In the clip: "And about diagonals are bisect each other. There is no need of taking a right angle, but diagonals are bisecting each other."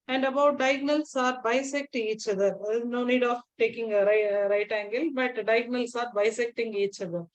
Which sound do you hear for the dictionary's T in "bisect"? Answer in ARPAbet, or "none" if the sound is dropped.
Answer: T